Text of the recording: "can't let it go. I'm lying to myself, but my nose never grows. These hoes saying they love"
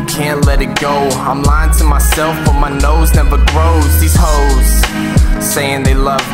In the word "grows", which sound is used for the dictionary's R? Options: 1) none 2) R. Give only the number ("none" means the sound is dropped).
2